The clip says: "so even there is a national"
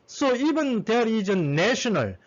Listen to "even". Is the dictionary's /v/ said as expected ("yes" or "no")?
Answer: no